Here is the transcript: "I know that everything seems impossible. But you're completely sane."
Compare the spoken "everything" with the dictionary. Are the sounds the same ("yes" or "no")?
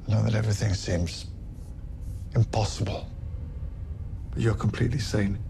yes